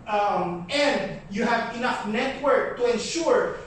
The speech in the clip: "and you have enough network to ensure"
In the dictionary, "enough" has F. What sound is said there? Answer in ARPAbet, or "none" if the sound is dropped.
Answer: F